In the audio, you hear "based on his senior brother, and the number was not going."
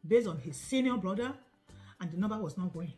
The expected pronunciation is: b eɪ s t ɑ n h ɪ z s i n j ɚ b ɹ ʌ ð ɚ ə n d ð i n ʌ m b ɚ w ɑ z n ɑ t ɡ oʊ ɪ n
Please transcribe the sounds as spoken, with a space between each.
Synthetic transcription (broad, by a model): b eɪ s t ɑ n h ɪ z s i n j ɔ b ɹ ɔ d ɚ ə n d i n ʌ b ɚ w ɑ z n ɑ t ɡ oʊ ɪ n